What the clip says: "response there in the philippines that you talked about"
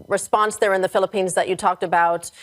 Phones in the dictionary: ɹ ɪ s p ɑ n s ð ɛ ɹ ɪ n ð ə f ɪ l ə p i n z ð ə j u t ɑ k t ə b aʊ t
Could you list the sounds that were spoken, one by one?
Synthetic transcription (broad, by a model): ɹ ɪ s p ɑ n s ð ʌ ɹ ɪ n ð ə f ɪ l ə p i n z ð ə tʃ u t ɑ k t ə b aʊ t